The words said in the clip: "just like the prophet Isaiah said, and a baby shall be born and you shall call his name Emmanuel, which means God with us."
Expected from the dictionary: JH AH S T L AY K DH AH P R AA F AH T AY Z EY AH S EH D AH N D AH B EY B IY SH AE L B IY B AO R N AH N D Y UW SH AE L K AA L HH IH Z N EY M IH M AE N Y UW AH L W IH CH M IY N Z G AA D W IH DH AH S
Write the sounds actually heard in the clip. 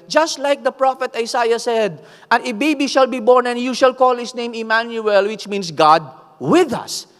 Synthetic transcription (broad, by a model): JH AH S T L AY K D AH P R AA F AH T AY S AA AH S EH D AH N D AH B EY B IY SH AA L B IY B AO R N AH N Y UW SH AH L K AA L HH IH S N EY M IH M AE N Y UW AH L W IH CH M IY N S G AA D W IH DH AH S